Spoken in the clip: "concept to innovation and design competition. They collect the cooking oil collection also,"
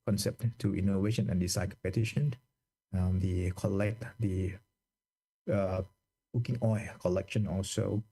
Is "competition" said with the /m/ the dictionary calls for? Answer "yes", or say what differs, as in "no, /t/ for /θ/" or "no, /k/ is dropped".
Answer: no, /m/ is dropped